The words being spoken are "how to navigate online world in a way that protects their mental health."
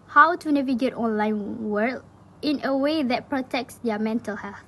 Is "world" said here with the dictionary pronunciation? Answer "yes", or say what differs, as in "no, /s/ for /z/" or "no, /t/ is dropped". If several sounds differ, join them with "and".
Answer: no, /d/ is dropped